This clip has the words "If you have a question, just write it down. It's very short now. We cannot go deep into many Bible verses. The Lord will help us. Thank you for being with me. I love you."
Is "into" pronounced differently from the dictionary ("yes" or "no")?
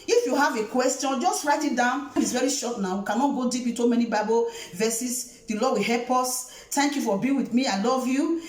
yes